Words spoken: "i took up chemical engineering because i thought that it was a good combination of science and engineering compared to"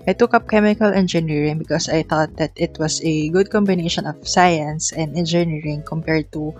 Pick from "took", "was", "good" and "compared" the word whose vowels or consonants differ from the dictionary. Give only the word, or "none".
was